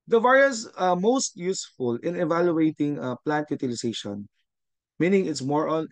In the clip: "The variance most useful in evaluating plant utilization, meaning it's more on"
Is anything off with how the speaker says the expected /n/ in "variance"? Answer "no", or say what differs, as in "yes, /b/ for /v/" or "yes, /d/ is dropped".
yes, /n/ is dropped